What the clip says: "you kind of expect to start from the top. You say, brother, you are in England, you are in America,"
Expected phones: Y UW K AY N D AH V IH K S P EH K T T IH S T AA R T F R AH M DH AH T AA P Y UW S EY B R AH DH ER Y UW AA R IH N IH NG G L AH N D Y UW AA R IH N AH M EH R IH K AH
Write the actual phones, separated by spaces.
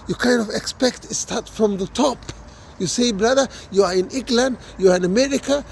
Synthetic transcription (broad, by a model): Y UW K AY N D AH V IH K S P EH K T T IH S T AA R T F R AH M DH AH T AA P Y UW S EY B R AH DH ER Y UW AA R IH N IH NG G L AH N D Y UW AA R IH N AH M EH R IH K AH